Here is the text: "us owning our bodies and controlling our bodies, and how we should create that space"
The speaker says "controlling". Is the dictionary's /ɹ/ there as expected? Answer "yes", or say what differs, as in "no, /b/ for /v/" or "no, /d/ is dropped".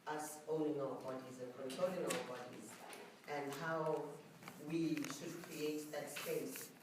no, /ɹ/ is dropped